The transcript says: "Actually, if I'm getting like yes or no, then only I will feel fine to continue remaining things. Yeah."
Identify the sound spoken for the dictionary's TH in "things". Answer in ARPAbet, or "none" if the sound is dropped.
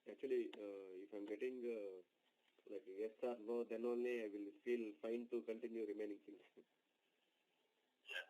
S